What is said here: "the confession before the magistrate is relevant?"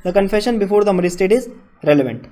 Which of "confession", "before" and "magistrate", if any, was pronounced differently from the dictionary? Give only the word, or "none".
magistrate